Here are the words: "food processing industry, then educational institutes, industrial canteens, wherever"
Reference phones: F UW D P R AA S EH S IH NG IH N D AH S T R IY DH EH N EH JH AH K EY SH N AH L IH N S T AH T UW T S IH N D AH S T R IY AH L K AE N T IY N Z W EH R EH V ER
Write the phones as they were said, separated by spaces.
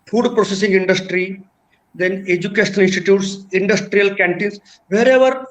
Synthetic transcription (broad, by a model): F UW D P R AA S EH S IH NG IH N D AH S T R IY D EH N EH JH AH K EY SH AH N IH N S T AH T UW T S IH N D AH S T R IY AH L K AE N T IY N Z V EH R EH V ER